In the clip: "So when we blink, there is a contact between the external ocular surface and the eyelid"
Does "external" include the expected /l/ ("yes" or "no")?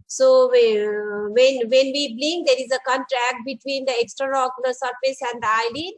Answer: no